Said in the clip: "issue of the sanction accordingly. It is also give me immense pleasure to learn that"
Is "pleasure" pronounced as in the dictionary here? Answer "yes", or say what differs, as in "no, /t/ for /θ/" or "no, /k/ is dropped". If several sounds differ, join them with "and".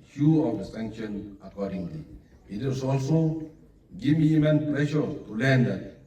no, /ʃ/ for /ʒ/